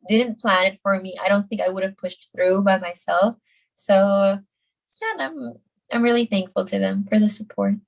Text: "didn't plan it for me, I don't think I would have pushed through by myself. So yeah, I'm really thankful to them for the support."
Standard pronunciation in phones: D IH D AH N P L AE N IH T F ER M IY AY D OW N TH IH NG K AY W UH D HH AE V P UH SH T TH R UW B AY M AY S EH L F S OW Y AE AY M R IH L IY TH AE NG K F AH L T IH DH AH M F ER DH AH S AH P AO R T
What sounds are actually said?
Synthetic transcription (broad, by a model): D IH D N P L AE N IH T F ER M IY AY D OW N TH IH NG K AY W UH D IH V P UH SH T TH R UW B AY M AY S EH L F S OW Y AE AY M R IH L IY TH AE NG K F L T IH DH AH M F ER DH AH S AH P AO R T